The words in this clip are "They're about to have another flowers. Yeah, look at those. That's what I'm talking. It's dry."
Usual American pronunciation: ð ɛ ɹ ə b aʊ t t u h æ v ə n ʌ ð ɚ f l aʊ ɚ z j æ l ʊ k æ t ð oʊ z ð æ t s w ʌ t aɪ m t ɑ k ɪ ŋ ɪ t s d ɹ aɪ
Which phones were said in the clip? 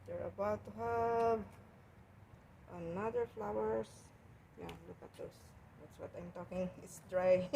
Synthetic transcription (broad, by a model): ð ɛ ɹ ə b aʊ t t u h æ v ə n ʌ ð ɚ f l aʊ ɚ s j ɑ l ʊ k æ t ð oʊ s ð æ t s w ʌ t aɪ m t ɑ k ɪ ŋ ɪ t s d ɹ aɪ